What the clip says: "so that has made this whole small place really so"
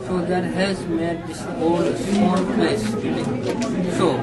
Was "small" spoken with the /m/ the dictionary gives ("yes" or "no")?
no